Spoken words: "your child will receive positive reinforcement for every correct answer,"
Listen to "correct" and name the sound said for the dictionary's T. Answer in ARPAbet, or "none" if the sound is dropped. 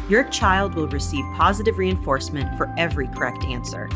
T